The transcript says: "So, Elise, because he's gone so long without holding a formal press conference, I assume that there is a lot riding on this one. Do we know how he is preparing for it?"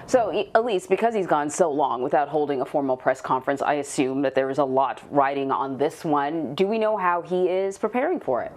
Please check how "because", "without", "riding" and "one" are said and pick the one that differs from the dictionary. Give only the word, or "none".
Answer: none